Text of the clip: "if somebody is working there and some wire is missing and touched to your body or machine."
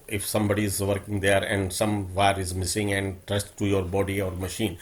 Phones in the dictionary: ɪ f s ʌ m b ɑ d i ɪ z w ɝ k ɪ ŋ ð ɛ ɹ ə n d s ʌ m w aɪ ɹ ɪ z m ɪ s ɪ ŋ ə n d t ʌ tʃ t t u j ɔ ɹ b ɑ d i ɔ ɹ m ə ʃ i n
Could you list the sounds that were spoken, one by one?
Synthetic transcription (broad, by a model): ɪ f s ʌ m b ɑ d i ɪ z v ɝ k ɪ ŋ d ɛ ɹ ə n d s ʌ m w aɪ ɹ ɪ z m ɪ s ɪ ŋ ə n d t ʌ s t t u j ɔ ɹ b ɑ d i ɔ ɹ m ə ʃ i n